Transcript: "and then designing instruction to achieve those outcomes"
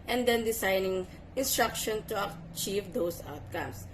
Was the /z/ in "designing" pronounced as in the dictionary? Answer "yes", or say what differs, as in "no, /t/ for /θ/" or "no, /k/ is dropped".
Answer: no, /s/ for /z/